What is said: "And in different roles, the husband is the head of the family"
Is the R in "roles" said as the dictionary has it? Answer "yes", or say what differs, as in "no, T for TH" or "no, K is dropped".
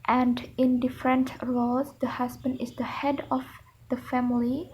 no, L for R